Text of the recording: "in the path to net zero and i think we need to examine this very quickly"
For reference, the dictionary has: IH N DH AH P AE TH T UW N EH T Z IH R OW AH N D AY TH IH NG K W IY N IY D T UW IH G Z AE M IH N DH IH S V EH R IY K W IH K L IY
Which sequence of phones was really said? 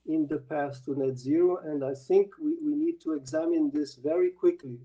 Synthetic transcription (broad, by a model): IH N DH AH P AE S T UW N EH T Z IH R OW AH N D AY TH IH NG K W IY N IY D T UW IH G Z AE M IH N DH IH S V EH R IY K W IH K L IY